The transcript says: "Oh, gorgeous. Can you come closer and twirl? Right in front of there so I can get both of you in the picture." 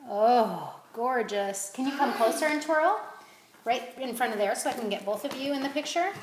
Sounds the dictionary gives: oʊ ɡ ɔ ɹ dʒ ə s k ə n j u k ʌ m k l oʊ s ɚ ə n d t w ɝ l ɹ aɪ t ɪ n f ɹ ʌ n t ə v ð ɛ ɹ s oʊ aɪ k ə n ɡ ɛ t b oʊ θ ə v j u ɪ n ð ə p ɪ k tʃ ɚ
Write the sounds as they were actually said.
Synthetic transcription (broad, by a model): oʊ ɡ ɔ ɹ dʒ ə s k ə n j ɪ k ʌ m k l oʊ s ɚ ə n t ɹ l ɹ aɪ t ɪ n f ɹ ʌ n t ə v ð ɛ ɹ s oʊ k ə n ɡ ɛ t b oʊ θ ə v j u ɪ n ð ə p ɪ k tʃ ɚ